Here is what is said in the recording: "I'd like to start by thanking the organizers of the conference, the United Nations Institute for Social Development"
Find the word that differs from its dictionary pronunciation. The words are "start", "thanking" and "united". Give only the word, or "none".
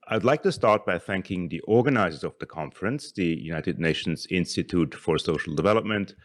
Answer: none